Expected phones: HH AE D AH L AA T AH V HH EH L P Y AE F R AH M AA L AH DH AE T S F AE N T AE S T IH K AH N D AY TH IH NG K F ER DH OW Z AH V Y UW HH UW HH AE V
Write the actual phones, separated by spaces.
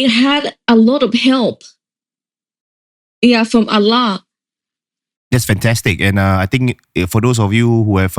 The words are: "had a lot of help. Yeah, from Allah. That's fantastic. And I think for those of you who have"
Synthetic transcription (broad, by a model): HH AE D AH L AA T AH V HH EH L P Y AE F R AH M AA L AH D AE T S F AE N T AE S T IH K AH N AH AY T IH NG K F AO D OW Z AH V Y UW HH UW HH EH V